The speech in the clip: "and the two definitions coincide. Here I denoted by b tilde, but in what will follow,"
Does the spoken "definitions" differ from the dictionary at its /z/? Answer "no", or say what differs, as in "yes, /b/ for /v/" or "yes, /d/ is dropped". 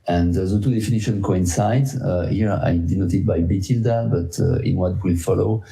yes, /z/ is dropped